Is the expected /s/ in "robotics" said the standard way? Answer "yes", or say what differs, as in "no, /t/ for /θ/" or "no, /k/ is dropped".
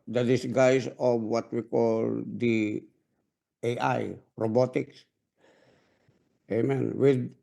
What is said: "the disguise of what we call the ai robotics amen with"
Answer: yes